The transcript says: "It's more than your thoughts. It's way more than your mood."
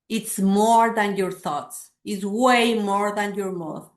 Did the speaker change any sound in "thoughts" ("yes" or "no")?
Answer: no